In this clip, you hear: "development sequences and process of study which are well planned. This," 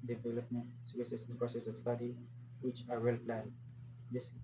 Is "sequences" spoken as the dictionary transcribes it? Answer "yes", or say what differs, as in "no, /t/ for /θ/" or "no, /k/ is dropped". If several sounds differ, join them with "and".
no, /n/ is dropped